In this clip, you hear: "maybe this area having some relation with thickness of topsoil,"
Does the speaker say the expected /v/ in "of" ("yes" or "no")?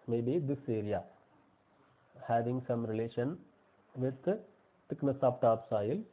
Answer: no